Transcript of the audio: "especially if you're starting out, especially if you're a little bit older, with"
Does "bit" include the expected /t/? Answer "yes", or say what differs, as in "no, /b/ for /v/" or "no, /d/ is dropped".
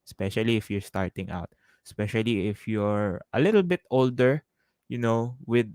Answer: yes